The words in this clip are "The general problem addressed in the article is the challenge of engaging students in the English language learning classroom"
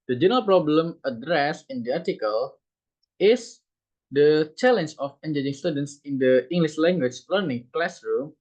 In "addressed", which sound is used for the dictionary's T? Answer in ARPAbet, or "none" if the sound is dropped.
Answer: none